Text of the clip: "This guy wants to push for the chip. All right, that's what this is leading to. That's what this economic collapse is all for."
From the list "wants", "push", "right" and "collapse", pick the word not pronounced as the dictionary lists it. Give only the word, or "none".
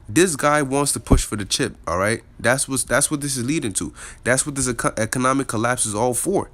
none